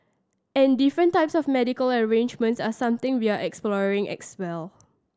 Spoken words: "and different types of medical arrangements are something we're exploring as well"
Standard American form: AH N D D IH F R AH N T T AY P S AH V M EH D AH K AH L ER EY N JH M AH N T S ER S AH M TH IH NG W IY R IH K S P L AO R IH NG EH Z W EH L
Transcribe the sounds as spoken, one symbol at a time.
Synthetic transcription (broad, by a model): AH N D D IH F R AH N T T AY P S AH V M EH D AH K AH L ER EY N JH M AH N T S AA S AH M T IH NG W IY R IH K S P L AO R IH NG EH S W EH L